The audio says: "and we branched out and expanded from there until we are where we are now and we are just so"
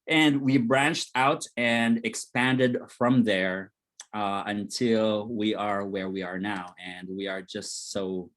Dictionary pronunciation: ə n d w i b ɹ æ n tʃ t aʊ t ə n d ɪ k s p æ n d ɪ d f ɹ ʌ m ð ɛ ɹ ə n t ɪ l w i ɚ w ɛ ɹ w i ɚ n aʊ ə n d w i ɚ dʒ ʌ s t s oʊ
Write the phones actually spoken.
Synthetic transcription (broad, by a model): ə n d w i b ɹ æ n tʃ t aʊ t ə n d ɪ k s p æ n d ɪ d f ɹ ʌ m ð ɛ ɹ ə n t ɪ l w i ɚ w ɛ ɹ w i ɚ n aʊ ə n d w i ɚ dʒ ʌ s t s oʊ